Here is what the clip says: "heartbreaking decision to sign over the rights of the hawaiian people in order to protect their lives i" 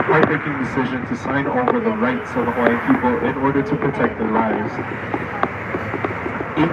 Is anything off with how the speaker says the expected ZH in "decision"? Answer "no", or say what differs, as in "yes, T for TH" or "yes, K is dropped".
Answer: no